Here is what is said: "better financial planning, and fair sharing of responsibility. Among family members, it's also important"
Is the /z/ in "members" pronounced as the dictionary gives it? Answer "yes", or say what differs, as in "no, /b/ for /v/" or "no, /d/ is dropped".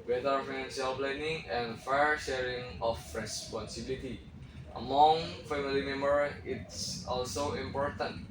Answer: no, /z/ is dropped